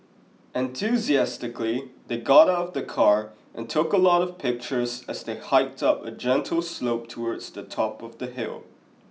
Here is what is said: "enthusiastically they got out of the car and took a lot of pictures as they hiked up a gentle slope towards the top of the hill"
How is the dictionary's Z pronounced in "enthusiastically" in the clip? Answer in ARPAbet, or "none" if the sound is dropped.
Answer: Z